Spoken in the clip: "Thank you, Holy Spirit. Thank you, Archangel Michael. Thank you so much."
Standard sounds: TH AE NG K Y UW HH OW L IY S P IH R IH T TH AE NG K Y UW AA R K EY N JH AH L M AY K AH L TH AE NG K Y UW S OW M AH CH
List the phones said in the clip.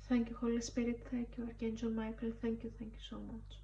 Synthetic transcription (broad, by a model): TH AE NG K Y UW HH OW L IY S P IH R IH T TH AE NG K Y UW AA R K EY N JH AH N M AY K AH L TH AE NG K Y UW S OW M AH CH